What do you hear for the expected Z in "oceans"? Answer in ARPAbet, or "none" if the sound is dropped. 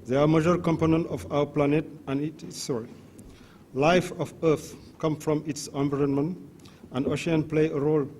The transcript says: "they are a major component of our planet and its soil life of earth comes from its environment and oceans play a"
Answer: none